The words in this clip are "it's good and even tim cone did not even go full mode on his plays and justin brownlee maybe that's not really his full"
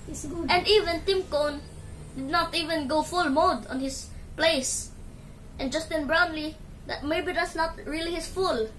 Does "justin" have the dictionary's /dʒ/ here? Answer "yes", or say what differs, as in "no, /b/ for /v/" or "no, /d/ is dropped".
yes